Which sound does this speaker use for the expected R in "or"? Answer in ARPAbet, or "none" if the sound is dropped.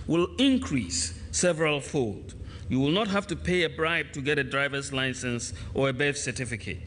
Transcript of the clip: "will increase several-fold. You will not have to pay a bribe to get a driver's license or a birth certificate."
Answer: R